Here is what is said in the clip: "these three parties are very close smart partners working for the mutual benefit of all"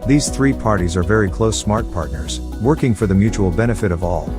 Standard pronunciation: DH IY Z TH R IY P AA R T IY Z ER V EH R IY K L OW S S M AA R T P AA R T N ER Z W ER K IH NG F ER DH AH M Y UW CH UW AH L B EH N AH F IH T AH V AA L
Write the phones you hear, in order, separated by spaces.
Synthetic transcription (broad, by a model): DH IY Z TH R IY P AA R T IY Z ER V EH R IY K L OW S S M AA R T P AA R T N ER Z W ER K IH NG F ER DH AH M Y UW CH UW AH L B EH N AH F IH T AH V AA L